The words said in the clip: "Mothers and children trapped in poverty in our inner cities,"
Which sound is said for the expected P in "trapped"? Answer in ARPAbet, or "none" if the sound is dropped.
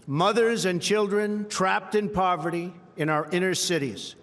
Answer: P